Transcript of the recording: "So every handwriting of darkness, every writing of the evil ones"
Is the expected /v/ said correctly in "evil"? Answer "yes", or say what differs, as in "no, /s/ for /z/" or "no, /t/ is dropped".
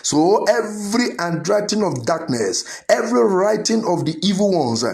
yes